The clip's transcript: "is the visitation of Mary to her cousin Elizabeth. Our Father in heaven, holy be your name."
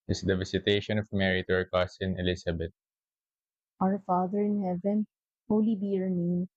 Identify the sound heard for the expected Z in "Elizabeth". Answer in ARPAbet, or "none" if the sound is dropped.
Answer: S